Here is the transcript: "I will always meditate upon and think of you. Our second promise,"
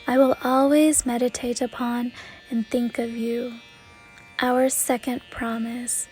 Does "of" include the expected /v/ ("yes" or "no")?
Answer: yes